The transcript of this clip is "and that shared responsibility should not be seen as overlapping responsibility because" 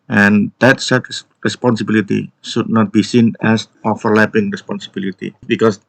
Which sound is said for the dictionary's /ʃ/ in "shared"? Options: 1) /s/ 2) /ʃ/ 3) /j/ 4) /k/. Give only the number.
1